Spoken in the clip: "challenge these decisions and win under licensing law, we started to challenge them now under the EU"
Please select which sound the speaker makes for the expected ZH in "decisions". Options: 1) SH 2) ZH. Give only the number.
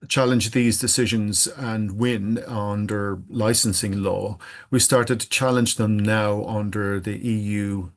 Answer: 2